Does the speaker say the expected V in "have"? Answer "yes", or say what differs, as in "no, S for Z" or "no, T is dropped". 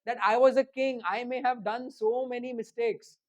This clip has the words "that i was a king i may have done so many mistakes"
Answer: yes